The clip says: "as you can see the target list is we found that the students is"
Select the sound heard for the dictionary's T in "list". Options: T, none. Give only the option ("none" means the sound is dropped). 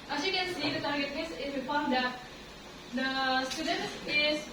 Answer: none